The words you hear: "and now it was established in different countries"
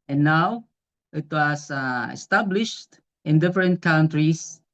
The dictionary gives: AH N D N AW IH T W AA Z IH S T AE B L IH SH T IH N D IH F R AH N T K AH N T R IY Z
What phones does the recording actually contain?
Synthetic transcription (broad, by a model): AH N N AW IH T W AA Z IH S T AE B L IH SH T IH N D IH F R AH N T K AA N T R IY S